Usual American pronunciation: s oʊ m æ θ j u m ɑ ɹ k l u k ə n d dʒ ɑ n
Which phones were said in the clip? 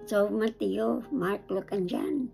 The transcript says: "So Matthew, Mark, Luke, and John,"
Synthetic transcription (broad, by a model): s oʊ m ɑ t j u m ɑ ɹ k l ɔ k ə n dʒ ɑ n